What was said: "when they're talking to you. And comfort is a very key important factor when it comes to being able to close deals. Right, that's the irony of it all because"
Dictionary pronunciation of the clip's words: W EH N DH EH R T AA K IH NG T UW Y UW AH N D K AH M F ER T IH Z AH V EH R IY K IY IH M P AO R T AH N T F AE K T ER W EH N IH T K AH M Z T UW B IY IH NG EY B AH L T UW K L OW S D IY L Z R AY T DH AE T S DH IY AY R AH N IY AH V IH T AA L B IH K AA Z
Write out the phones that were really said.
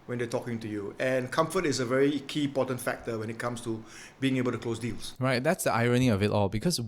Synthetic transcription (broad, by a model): W EH N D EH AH T AA K IH NG T UW Y UW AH N K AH M F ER T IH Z AH V EH R IY K IY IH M P AO T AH N T F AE K T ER W EH N IH T K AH M S T UW B IY IH NG EY B AH L T UW K L OW S D IY L S R AY T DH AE T S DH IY AY R AH N IY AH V IH T AA L B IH K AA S